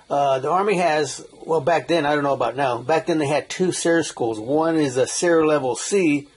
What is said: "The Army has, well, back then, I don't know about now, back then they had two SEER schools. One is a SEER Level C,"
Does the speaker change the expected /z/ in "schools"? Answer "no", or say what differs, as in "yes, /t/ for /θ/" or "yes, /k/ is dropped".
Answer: no